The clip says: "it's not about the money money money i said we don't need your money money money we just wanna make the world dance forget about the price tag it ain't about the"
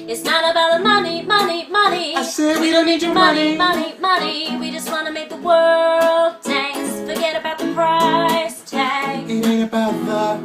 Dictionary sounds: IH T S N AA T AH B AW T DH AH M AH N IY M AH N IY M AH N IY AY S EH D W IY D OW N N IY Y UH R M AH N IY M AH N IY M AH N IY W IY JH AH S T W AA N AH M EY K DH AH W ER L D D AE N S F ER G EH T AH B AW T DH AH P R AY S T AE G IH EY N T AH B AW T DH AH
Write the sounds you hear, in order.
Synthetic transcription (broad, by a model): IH T S N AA T AH B AW T DH AH M AH N IY M AH N IY M AH N IY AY S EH W IY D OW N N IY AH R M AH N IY M AH N IY M AH N IY W IY JH AH S T W AA N AH M EY K DH AH W ER L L D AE S F ER G EH T AH B AW T DH AH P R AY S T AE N IH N AH B AW T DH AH